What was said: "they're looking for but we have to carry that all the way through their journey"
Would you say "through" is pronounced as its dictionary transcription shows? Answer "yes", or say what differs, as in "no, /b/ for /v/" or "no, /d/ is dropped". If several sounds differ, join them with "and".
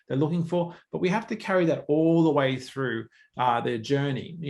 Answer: yes